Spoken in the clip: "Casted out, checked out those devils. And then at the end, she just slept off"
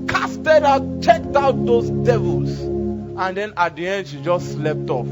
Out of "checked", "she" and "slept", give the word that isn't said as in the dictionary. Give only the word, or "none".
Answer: none